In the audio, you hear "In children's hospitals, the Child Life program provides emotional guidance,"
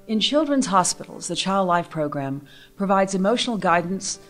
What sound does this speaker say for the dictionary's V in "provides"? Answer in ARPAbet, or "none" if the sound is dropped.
V